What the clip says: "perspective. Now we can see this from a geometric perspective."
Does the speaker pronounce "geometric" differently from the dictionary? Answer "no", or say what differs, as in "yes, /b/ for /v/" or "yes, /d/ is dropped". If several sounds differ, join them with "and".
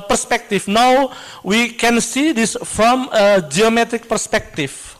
no